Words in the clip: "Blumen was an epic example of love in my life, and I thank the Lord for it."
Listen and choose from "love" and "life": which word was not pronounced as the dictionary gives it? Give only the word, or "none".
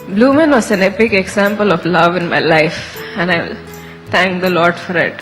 none